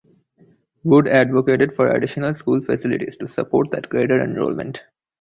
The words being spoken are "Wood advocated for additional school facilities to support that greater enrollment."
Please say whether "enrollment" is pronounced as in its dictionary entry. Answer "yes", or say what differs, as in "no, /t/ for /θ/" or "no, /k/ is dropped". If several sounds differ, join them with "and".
yes